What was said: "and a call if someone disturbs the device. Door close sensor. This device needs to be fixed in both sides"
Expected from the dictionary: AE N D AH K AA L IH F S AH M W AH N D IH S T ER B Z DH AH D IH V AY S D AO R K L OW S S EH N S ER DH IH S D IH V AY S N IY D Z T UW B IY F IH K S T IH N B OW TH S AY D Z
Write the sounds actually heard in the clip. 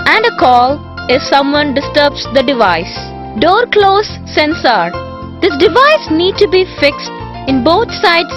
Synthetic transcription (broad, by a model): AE N D AH K AA L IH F S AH M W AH N D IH S T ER B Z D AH D IH V AY S D AO R K L OW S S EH N S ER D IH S D IH V AY S N IY D T UW B IY F IH K S T IH N B OW T S AY D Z